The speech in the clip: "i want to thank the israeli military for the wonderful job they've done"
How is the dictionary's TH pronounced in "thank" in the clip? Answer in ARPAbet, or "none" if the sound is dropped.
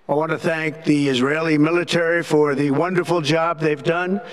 TH